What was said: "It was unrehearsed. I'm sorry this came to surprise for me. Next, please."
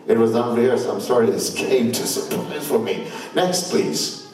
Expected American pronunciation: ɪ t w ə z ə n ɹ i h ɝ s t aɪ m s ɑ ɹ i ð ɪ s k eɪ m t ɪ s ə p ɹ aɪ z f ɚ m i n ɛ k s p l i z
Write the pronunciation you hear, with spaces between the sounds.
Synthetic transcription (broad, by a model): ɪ t w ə z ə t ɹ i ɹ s aɪ m s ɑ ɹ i ð ɪ s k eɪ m t ɪ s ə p l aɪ f ɚ m i n ɛ k s p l i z